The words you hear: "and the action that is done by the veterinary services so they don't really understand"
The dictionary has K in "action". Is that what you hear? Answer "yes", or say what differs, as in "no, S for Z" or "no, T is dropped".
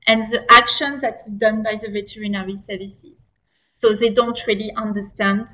yes